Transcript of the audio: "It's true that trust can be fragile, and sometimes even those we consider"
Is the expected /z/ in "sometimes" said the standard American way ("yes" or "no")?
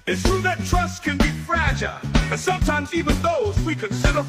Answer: yes